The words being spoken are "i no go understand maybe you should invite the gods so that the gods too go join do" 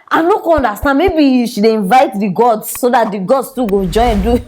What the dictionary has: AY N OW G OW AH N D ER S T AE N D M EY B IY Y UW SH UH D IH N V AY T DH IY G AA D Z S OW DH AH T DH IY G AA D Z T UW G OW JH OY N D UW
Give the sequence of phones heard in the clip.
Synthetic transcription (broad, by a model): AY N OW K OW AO N D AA S T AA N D M EY B IY Y UW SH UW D IH N V AY T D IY G AA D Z S OW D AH T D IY G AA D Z T UW G OW JH OY N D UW